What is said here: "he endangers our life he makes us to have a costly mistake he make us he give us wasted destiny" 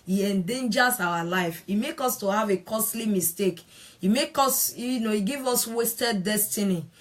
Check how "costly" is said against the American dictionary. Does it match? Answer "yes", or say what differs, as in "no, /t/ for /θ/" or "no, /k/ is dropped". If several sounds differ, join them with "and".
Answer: yes